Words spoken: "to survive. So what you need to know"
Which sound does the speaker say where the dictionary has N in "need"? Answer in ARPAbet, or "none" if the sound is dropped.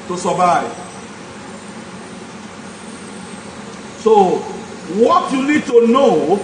L